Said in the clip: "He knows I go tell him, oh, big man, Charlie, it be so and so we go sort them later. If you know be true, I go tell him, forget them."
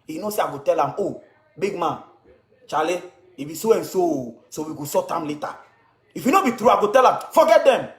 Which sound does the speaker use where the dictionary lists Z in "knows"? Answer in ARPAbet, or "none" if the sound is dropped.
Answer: S